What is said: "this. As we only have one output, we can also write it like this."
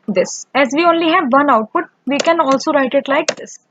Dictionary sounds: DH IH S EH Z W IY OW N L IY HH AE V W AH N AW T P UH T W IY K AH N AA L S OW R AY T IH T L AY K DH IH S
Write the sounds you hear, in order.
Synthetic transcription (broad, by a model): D IH S EH Z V IY OW N L IY HH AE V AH N AW T P UH T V IY K AH N AA L S OW R AY T IH T L AY K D IH S